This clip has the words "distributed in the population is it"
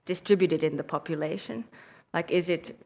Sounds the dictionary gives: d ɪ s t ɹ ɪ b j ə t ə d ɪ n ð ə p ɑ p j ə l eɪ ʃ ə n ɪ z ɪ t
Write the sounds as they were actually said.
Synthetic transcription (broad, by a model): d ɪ s t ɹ ɪ b j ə t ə d ɪ n ð ə p ɑ p j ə l eɪ ʃ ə n ɪ z ɪ t